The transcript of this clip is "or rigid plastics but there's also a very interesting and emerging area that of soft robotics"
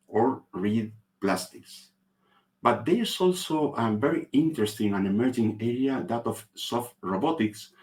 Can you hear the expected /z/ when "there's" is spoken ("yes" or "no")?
no